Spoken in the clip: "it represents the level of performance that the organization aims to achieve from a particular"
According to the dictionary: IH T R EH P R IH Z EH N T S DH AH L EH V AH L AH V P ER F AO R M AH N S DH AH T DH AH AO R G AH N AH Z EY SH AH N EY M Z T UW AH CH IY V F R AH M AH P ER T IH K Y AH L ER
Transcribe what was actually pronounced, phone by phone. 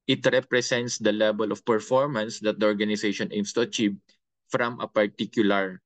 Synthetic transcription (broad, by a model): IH T R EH P R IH S EH N T S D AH L EH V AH L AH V P ER F AO R M AH N S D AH T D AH AO R G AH N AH S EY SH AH N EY M S T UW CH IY P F R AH M AH P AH T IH K Y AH L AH